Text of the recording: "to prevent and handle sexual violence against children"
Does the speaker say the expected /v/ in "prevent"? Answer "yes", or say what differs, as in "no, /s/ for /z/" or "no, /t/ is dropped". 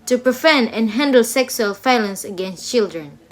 no, /f/ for /v/